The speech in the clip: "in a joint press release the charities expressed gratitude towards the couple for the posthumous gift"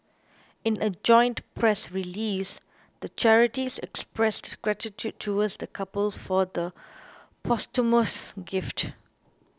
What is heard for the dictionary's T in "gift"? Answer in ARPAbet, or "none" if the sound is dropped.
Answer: T